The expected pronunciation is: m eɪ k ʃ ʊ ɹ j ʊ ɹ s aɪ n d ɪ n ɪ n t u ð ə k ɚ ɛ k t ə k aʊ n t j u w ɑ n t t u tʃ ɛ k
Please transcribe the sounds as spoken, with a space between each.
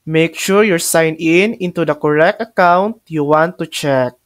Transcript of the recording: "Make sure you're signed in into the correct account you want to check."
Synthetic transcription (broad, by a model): m eɪ k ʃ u ɹ j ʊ ɹ s aɪ n ɪ n ɪ n t u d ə k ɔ ɛ k t ə k aʊ n t j u w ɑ n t t u tʃ ɛ k